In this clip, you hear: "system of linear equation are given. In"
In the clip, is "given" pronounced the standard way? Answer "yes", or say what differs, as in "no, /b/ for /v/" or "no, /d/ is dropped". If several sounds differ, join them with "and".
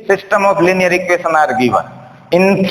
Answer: no, /n/ is dropped